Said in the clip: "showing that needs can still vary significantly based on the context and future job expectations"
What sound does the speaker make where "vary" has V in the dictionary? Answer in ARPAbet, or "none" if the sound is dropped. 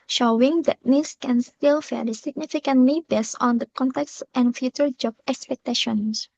F